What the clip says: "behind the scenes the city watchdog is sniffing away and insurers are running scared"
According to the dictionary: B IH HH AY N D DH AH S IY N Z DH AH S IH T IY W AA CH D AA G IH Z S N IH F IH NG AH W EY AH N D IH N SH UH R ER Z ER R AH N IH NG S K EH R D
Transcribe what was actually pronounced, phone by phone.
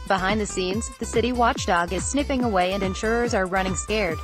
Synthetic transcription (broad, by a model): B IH HH AY N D DH AH S IY N Z DH AH S IH T IY W AA CH D AA G IH Z S N IH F IH NG AH W EY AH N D IH N SH UH R ER Z ER R AH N IH NG S K EH R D